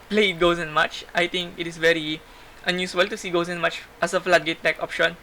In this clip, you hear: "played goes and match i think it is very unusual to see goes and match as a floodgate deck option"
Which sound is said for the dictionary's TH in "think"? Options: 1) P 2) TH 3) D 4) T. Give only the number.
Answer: 4